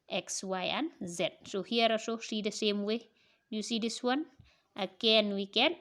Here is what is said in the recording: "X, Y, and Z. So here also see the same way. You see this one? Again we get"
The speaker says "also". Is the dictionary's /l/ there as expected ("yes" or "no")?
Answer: no